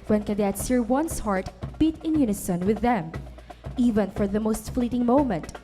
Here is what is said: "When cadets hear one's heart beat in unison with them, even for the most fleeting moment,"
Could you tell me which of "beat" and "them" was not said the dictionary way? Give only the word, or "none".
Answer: none